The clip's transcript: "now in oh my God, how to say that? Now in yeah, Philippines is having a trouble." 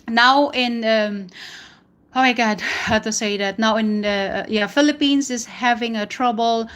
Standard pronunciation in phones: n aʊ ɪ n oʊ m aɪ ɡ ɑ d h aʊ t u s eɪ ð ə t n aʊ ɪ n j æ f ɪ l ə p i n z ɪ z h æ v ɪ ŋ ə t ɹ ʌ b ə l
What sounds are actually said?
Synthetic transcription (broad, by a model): n aʊ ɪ n oʊ m aɪ ɡ ɑ d h aʊ t u s eɪ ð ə t n aʊ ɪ n j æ f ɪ l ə p i n s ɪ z h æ v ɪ ŋ ə t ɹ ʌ b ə l